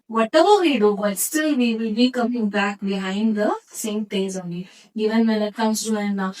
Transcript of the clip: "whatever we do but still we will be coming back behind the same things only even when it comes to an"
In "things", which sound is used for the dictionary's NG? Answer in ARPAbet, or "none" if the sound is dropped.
none